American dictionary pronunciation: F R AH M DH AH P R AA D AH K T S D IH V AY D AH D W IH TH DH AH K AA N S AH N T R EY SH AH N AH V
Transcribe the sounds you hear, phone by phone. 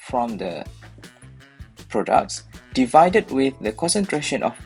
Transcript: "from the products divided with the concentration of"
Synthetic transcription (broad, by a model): F R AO M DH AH P R AA D AH K T S D IH V AY D AH D W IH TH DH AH K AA N S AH N T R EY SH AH N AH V